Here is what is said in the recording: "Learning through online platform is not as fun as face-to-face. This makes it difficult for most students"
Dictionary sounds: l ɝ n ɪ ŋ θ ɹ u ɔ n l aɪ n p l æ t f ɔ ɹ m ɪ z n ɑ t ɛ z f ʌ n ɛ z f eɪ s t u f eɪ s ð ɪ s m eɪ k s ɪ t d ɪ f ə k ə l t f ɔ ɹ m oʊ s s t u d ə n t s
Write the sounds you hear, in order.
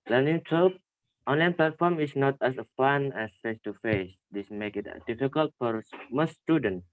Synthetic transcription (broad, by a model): l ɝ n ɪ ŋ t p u ɔ n l aɪ n p l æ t f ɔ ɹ m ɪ s n ɑ t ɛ s f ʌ n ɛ s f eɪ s t u f eɪ s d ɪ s m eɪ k ɪ t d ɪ f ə k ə l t f ɔ ɹ m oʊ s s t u d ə n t